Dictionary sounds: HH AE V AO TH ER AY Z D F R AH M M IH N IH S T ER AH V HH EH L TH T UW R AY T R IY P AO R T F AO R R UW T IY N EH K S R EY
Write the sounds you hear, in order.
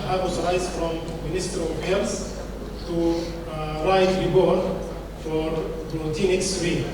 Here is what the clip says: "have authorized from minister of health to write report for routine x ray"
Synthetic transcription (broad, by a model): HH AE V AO S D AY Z F R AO M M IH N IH S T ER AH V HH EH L S T UW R AY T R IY B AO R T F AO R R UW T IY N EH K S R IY